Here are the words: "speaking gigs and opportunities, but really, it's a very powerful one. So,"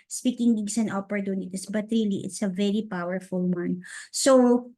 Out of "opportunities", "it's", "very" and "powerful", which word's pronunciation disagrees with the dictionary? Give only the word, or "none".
opportunities